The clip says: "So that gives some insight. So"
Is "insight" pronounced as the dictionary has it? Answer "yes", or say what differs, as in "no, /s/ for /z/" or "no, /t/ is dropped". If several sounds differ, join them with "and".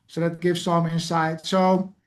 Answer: yes